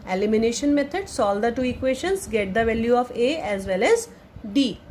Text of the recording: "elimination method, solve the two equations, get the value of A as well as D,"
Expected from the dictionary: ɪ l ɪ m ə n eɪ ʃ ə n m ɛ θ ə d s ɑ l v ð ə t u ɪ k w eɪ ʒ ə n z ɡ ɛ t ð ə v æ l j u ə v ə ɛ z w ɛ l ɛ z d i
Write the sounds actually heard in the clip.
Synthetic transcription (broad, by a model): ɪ l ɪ m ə n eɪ ʃ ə n m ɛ t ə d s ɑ l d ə t u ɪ k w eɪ ʃ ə n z ɡ ɛ t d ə v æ l j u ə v ə ɛ z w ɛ l ɛ z d i